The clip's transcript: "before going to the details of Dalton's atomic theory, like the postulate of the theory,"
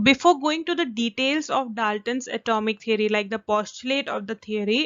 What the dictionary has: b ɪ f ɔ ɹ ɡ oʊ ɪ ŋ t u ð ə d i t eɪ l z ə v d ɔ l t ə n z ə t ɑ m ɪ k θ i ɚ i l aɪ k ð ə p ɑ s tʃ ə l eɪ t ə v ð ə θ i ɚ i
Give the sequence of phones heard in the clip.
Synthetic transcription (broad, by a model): b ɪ f ɔ ɹ ɡ oʊ ɪ ŋ t u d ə d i t eɪ l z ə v d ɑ l t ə n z ə t ɑ m ɪ k t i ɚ i l aɪ k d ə p ɑ s tʃ ə l eɪ t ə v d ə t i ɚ i